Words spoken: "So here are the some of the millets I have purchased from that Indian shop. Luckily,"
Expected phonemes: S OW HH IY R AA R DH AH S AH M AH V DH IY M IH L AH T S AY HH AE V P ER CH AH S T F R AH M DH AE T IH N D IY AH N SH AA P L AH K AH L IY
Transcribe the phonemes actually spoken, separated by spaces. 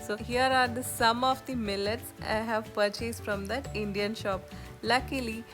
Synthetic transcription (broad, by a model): S OW HH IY R AA R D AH S AH M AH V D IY M IH L AH T S AY HH AE V P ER CH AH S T F R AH M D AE T IH N D IY AH N SH AA P L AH K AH L IY